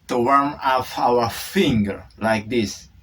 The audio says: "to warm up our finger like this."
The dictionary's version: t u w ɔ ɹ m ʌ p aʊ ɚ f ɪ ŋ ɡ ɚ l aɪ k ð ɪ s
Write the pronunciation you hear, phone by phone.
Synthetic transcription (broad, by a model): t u w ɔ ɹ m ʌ f aʊ ɚ f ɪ ŋ ɡ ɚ l aɪ k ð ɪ s